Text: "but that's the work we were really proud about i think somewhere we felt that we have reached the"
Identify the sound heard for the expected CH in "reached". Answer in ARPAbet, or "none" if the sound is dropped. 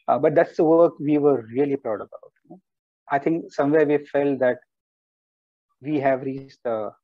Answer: S